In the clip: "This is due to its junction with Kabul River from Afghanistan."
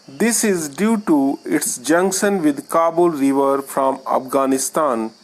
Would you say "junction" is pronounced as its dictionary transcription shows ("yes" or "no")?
no